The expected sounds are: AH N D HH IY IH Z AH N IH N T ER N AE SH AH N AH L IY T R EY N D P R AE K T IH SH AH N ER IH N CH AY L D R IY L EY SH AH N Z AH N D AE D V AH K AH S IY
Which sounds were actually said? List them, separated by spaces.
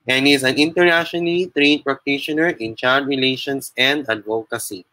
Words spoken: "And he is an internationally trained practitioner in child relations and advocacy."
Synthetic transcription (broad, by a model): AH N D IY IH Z AH N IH N T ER N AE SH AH N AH L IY T R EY D P R AE K T IH SH AH N ER IH N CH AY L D R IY L EY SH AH N S AH N D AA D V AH K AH S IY